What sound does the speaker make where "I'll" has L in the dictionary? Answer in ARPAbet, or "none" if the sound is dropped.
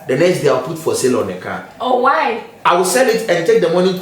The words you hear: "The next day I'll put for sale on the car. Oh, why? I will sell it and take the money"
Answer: W